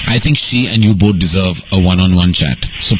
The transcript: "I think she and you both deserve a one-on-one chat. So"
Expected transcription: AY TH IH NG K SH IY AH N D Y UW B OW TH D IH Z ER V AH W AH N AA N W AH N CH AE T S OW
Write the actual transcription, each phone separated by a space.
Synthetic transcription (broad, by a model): AY T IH NG K SH IY AH N D Y UW B OW T D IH Z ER V AH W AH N AA N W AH N CH AE T S OW